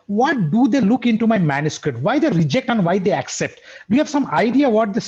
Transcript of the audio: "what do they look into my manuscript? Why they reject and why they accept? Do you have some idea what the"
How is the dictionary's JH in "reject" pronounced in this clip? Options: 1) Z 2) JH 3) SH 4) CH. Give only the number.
2